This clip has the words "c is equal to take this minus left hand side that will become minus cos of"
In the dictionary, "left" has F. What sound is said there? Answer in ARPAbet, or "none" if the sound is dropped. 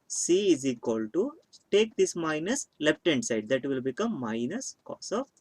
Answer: P